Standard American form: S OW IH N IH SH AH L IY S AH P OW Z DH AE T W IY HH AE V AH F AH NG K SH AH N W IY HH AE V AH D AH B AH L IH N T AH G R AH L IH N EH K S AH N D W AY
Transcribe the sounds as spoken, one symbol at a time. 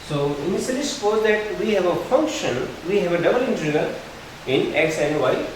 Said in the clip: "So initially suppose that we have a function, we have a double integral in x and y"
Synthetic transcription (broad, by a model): S OW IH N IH S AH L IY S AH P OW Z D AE T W IY HH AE V AH F AH NG K SH AH N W IY HH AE V AH D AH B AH L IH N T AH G AH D IH N EH K S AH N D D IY